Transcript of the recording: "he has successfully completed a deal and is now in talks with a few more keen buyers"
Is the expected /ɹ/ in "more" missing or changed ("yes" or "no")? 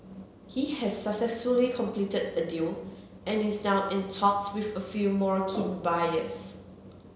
no